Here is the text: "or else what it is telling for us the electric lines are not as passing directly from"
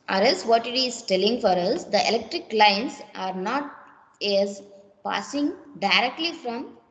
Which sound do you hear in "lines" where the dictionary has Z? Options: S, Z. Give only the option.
S